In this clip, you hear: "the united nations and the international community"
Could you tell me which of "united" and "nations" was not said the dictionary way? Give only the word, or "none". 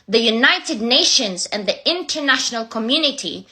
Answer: none